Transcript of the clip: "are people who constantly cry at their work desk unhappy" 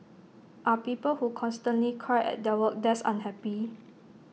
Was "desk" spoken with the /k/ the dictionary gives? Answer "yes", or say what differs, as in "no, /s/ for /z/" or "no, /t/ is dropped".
no, /k/ is dropped